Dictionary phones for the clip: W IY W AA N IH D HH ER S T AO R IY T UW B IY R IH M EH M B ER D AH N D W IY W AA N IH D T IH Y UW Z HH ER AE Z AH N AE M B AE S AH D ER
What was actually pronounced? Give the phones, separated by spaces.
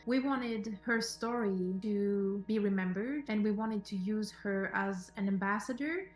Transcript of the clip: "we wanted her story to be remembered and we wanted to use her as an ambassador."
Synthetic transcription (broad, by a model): W IY W AA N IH D HH ER S T AO R IY T UW B IY R IH M EH M B ER D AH N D W IY W AA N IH D T IH Y UW Z HH ER AE Z AH N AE M B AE S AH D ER